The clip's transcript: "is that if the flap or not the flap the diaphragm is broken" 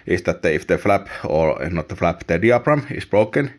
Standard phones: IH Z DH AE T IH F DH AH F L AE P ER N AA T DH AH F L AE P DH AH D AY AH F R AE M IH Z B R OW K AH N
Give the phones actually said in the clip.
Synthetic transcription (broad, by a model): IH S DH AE T IH F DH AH F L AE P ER N AA T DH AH F L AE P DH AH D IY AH P R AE M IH S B R OW K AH N